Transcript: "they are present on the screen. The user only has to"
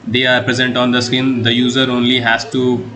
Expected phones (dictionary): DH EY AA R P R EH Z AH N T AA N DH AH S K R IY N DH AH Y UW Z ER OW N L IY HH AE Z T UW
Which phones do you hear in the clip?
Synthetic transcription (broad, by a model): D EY AA R P R EH Z AH N T AA N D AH S K IH N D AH Y UW Z ER OW N L IY HH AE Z T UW